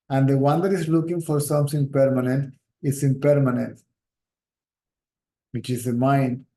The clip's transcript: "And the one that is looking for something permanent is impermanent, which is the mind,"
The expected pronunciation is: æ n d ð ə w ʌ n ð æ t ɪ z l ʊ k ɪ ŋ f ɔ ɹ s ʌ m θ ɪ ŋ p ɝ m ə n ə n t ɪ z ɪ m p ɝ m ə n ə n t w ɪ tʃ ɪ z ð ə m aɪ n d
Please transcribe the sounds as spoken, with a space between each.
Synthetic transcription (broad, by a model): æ n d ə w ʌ n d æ t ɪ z l ʊ k ɪ ŋ f ɔ ɹ s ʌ m t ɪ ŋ p ɝ m ə n ə n t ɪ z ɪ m p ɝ m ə n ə n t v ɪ tʃ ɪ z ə m aɪ n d